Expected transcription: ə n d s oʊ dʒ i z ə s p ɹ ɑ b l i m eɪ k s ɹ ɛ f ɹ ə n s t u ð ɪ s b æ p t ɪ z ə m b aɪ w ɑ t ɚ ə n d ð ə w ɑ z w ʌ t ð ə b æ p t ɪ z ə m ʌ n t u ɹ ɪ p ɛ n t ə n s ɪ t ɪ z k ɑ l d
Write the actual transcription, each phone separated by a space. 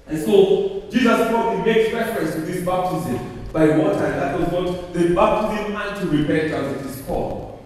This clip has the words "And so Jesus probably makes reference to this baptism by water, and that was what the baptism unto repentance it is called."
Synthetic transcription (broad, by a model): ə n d s oʊ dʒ i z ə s b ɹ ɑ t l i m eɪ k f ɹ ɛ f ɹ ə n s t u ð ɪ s b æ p t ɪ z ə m b aɪ w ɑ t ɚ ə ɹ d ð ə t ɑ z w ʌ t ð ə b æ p t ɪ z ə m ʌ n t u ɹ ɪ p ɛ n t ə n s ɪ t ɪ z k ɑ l